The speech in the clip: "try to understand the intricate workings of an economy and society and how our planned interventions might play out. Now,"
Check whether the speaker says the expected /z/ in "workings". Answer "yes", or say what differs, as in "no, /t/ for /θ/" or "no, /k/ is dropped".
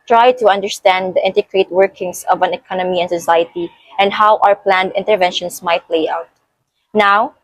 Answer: no, /s/ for /z/